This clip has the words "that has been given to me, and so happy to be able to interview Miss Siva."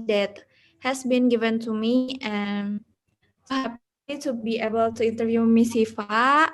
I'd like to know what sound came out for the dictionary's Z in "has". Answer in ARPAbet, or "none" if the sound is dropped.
S